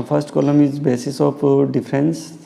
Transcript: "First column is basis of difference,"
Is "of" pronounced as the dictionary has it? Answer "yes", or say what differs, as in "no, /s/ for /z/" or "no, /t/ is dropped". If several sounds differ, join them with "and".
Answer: no, /p/ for /v/